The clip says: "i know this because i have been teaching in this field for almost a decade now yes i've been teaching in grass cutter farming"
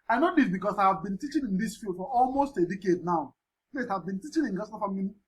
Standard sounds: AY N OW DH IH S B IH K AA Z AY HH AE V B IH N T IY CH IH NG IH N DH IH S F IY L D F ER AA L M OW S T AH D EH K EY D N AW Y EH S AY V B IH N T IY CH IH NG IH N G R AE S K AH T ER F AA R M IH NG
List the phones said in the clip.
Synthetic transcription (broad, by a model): AY N OW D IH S B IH K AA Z AY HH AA V B IH N T IY CH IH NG IH N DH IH S F IY L D F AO AA L M OW S T AH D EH K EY D N AW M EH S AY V B IH N T IY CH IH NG IH N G AA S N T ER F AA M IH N